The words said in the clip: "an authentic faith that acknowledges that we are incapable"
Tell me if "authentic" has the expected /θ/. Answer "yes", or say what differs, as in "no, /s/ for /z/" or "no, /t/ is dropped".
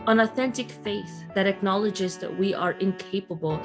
yes